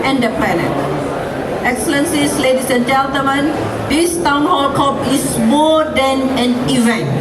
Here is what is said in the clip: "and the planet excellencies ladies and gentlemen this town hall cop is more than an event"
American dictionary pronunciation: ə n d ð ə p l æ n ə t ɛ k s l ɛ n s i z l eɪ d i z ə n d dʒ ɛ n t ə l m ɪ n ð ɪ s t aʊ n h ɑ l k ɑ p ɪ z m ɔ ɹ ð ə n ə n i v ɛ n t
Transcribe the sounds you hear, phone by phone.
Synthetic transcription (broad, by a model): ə n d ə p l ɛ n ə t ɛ k s l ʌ n s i s l eɪ d i s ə n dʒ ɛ l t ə m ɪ n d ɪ s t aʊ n h ɑ l k ɑ p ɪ s m ɔ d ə n ə n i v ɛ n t